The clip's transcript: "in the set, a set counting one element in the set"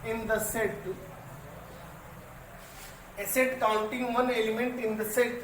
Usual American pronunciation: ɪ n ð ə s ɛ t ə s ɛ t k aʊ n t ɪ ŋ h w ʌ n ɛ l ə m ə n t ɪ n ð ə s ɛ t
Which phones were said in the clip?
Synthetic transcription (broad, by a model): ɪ n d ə s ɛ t ə s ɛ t k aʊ l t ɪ ŋ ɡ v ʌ n ɛ l ə m ə n t ɪ n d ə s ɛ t